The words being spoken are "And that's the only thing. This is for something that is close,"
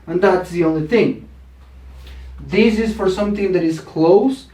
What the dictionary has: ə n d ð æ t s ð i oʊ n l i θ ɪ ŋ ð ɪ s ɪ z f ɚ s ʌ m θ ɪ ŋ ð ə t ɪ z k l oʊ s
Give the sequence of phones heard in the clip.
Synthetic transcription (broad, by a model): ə n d ð æ t s ð i oʊ n l i θ ɪ ŋ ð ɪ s ɪ z f ɚ s ʌ m θ ɪ ŋ ð ə t ɪ z k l oʊ s